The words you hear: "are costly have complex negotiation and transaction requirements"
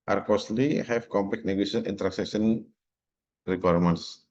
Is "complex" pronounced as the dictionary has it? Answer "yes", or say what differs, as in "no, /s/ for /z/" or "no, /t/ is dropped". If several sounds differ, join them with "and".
no, /s/ is dropped